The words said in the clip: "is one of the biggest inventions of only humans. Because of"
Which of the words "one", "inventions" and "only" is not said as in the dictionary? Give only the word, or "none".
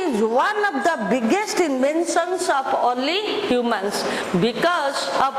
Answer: inventions